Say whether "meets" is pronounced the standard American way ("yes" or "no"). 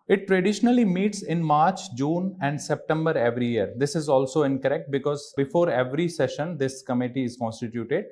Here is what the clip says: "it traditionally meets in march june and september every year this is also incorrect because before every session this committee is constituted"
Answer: yes